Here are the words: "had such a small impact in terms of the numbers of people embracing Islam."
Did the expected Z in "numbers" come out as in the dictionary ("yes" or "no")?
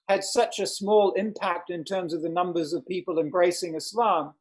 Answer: yes